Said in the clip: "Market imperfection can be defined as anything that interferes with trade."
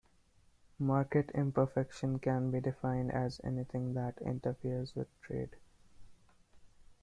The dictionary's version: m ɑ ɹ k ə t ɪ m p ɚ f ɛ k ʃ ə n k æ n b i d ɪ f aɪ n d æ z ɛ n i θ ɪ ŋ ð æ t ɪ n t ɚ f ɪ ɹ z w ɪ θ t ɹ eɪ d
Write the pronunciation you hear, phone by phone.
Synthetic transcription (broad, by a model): m ɑ ɹ k ə t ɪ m p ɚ f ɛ k ʃ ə n k æ n b i d ɪ f aɪ n d æ z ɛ n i t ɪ ŋ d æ t ɪ n t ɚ f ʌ ɹ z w ɪ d t ɹ eɪ d